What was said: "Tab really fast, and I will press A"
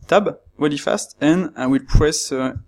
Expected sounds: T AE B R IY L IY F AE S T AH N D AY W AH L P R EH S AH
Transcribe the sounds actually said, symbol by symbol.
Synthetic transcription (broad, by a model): T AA B W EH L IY F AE S T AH N AY W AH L P R EH S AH